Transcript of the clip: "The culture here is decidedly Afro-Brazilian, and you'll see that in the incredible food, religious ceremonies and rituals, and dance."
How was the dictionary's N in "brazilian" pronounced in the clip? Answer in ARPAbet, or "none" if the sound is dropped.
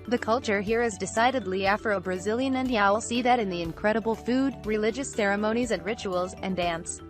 N